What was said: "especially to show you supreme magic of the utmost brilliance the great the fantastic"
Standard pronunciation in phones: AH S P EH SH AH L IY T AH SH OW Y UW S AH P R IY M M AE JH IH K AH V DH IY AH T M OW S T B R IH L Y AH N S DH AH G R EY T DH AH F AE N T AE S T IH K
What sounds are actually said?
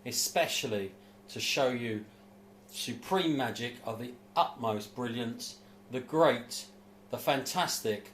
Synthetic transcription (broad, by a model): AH S P EH SH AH L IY T AH SH OW Y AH S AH P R IY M M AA JH IH K AH V DH IY AH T M OW S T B R IH L Y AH N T DH AH G R EY T DH AH F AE N T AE S T IH K